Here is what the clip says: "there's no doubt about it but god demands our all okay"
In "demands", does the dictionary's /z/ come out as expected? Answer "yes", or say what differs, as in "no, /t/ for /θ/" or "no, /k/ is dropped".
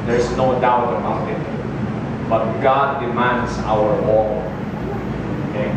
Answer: no, /s/ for /z/